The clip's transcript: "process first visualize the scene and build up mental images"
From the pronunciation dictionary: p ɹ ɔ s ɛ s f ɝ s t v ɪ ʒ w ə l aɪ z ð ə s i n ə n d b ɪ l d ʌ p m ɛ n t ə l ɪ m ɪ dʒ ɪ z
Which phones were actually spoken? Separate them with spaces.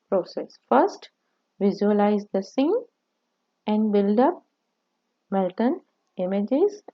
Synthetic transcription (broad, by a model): p ɹ ɔ s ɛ s f ɝ s t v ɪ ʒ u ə l aɪ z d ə s i n ə n d b ɪ l d ʌ p m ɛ l t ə n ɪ m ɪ dʒ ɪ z